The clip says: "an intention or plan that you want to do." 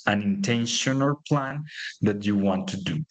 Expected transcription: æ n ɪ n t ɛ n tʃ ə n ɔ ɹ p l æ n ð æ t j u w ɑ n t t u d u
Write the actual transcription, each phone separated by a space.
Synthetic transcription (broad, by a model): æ n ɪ n t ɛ n ʃ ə n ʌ l p l æ n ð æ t j u w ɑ n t t u d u